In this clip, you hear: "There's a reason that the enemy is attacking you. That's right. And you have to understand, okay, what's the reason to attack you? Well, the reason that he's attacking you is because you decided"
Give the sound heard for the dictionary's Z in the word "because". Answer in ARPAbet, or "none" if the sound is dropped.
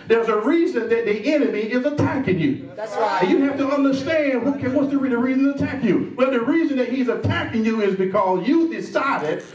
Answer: Z